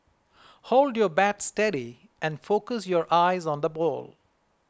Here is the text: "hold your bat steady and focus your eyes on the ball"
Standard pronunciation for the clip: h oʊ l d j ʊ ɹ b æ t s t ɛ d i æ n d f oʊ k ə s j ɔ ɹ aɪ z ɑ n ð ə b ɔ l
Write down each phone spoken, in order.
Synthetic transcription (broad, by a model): h oʊ l d j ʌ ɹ b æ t s t ɛ d i æ n d f oʊ k ə s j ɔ ɹ aɪ z ɑ n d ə b ɔ l